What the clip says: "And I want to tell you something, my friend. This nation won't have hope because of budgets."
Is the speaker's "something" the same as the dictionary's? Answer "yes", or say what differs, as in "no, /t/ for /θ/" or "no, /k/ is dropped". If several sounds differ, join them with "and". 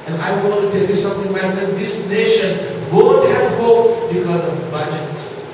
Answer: no, /t/ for /θ/